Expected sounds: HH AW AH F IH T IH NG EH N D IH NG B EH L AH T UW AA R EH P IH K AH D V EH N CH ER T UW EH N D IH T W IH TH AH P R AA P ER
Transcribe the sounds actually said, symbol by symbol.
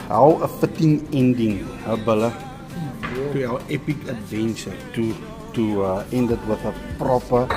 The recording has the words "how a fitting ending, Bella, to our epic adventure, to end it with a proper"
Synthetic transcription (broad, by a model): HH AW AH F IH T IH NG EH N D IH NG B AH L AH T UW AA W EH P IH K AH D V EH N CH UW T UW EH N D IH T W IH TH AH P R AA P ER